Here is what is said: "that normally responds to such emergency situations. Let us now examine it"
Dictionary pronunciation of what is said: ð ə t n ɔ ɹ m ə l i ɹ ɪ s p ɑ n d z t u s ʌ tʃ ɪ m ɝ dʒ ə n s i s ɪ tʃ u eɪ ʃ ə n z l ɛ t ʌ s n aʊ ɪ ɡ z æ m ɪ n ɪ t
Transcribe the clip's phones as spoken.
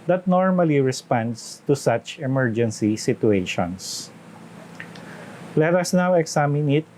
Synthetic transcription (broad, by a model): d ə t n ɔ ɹ m ə l i ɹ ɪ s p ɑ n d s t u s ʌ tʃ ɪ m ɝ dʒ ə n s i s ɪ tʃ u eɪ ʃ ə n s l ɛ t ʌ s n aʊ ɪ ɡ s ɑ m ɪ n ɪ t